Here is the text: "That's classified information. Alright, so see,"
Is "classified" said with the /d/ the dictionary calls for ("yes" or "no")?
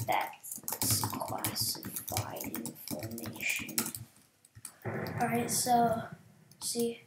no